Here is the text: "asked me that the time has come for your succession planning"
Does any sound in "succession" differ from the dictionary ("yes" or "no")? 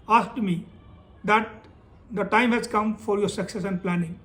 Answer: yes